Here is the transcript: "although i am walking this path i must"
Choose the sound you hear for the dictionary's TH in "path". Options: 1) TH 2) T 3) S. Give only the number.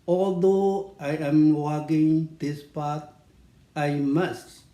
2